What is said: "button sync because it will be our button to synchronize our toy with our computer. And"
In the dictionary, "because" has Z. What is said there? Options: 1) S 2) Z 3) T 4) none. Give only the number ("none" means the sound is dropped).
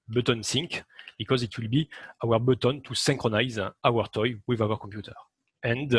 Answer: 2